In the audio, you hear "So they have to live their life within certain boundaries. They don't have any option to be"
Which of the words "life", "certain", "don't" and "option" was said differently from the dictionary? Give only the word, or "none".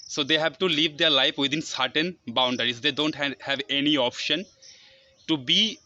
none